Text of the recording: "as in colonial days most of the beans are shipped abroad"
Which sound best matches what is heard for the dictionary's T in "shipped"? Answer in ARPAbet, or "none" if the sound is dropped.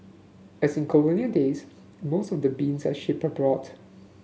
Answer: none